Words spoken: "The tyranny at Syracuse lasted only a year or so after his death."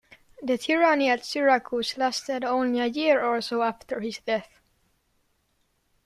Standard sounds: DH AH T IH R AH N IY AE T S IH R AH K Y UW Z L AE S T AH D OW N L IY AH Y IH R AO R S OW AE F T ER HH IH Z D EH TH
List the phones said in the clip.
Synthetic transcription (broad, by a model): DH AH T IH R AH N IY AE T S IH R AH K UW S L AE S T AH D OW N L IY AH Y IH R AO L S OW AE F T ER HH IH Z D EH TH